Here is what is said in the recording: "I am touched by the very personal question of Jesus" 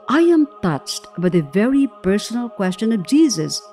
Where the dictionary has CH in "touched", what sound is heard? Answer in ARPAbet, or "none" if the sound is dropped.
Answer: CH